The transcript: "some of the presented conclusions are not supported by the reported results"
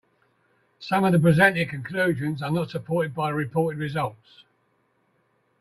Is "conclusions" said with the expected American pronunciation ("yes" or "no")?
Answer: yes